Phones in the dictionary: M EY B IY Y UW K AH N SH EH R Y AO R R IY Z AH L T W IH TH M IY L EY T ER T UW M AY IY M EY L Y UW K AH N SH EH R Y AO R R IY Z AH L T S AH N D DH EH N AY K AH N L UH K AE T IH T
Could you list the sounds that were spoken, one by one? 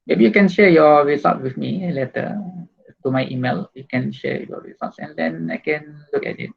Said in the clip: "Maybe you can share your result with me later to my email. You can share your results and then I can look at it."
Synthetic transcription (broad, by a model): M EY B IY Y UW K AH N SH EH Y AO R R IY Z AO T W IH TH M IY L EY T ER T UW M AY IY M EY L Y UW K AH N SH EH Y AO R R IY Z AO T S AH N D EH N AY K AH N L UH K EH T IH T